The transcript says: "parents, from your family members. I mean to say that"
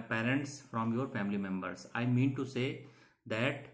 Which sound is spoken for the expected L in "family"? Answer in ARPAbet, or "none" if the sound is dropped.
L